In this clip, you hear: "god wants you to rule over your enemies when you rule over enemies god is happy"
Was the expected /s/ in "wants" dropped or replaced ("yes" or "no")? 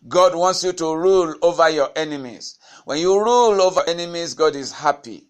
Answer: no